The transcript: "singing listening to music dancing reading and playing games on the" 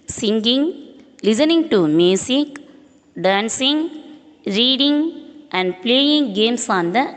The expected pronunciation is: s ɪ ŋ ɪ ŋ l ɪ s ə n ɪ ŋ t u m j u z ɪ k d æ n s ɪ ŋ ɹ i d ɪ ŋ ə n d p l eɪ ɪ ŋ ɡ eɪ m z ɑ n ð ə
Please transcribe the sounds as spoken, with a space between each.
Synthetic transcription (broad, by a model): s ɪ ŋ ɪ ŋ l ɪ s ə n ɪ ŋ t u m j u s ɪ k d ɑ n s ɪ ŋ ɹ i d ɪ ŋ ə n d p l eɪ ɪ ŋ ɡ eɪ m s ɑ n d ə